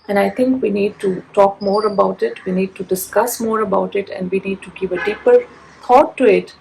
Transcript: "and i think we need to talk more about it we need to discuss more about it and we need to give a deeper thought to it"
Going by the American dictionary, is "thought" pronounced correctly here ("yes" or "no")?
no